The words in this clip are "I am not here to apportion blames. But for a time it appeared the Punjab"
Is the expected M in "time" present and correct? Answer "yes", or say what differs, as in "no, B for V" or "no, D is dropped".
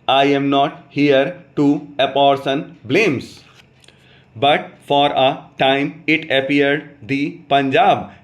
yes